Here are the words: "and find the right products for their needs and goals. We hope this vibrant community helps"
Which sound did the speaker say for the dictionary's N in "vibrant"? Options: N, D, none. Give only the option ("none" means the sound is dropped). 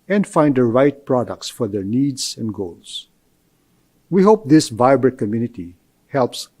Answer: none